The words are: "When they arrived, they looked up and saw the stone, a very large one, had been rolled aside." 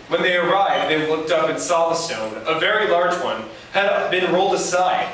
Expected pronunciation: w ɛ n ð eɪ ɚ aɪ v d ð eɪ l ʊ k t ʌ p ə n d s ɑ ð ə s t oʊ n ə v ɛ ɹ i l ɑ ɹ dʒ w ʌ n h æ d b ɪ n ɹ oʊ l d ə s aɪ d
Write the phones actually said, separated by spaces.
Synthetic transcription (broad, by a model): w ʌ n ð eɪ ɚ aɪ v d ð eɪ l ʊ k t ʌ p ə n s ɑ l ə s t oʊ n ə v ɛ ɹ i l ɑ ɹ dʒ w ʌ n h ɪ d b ɪ n ɹ oʊ l d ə s aɪ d